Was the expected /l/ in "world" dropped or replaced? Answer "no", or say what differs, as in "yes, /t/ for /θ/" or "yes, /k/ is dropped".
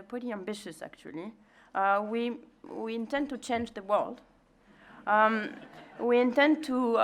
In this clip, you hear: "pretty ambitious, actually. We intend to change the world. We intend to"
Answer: no